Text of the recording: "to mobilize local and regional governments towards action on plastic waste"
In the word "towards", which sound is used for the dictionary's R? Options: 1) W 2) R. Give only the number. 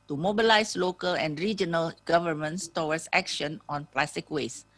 1